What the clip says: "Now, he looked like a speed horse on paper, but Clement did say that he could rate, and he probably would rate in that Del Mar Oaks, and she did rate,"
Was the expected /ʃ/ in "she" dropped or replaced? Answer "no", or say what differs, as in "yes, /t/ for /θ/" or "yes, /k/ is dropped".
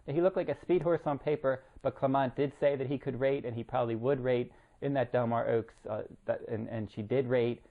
no